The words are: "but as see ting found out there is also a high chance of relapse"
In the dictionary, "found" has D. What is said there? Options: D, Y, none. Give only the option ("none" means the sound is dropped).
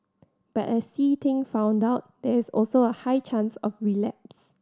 D